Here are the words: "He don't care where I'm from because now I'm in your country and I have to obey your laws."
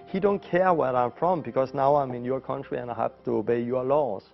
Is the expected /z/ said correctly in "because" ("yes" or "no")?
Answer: no